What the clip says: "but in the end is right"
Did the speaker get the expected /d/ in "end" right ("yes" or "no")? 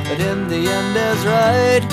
yes